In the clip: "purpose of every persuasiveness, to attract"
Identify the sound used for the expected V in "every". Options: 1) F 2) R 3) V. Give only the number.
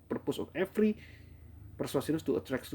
1